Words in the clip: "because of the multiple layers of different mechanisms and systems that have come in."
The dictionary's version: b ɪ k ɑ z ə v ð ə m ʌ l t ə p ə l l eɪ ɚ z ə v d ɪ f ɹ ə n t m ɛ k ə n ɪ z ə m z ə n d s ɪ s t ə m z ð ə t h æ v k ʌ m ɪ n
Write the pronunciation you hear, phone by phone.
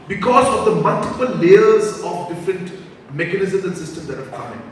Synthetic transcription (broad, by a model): b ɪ k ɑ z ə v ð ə m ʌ l t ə p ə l l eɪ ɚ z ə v d ɪ f ɹ ə n t m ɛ k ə n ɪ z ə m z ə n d s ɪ s t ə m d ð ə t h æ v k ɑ ɪ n